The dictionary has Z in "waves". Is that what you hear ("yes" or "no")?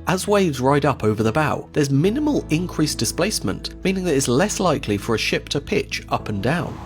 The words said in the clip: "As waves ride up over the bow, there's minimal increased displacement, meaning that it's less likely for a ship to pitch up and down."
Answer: yes